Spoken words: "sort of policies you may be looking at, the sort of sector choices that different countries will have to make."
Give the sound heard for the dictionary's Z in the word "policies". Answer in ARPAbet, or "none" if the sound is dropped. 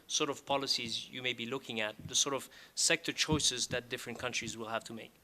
Z